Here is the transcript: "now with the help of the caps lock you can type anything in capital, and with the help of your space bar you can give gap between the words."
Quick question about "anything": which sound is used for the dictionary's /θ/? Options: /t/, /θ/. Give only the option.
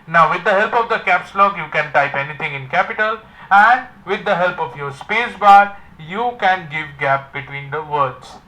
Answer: /t/